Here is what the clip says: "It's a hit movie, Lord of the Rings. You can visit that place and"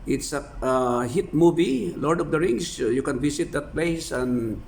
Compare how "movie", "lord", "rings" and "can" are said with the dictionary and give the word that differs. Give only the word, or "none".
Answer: rings